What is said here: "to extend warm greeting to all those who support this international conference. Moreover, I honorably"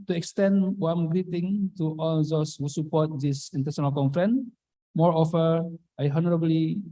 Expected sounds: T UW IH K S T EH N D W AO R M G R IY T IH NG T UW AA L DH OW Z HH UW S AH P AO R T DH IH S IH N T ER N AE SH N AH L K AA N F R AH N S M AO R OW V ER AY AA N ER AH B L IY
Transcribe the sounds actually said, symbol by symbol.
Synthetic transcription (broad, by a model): T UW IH K S T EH N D W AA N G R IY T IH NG T UW AA L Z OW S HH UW S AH P AO T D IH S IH N T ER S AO N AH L K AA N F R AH N M AO R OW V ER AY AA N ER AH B L IY